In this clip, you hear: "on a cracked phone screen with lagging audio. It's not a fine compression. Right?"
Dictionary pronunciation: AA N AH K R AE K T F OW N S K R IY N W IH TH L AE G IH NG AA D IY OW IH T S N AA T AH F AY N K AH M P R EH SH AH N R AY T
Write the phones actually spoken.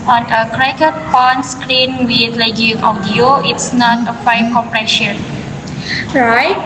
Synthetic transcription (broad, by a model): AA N AH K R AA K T P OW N S K R IY N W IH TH L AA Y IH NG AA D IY OW IH T S N AA T AH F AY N K AH M P R EH SH AH N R AY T